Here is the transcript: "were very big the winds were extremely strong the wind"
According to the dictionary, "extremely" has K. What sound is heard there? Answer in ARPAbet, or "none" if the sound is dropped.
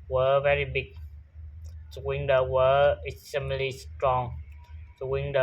none